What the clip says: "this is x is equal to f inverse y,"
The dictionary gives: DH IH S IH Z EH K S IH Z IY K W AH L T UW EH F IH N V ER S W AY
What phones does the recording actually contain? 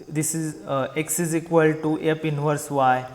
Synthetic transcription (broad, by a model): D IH S IH Z EH K S IH Z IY K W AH L T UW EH P IH N V ER S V AY